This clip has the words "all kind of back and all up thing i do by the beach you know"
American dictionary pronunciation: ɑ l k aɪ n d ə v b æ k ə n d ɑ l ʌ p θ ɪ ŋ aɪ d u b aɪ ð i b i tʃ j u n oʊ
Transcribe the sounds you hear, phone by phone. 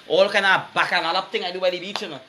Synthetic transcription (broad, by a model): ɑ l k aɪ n ə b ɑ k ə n ɑ l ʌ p t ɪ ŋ aɪ d u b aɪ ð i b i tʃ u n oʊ